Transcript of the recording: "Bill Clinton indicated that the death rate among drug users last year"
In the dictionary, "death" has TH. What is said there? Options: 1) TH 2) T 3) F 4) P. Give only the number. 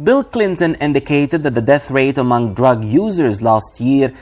1